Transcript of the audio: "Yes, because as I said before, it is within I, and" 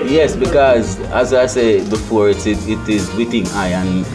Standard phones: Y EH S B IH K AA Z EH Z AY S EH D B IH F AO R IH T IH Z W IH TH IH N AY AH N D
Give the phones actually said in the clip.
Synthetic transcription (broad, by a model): Y EH S B IH K AA Z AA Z AY S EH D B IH F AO R IH T IH Z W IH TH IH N AY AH N